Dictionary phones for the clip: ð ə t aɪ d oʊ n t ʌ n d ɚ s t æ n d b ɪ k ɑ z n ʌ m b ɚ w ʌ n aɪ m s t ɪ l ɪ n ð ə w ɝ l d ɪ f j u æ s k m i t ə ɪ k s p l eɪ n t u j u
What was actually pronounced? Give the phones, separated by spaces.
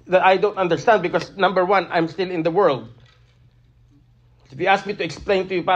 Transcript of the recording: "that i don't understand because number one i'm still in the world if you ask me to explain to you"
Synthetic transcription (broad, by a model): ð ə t aɪ d oʊ n t ʌ n d ɚ s t æ n d b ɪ k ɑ s n ʌ m b ɚ w ʌ n aɪ m s t ɪ l ɪ n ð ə w ɝ l d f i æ s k m i t ə ɪ k s p l eɪ n t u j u